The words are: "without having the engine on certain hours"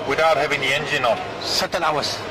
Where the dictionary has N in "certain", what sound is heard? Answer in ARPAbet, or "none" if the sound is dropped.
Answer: L